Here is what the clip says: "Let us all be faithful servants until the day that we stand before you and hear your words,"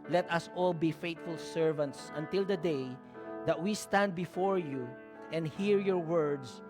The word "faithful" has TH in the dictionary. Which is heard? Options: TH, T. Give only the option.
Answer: T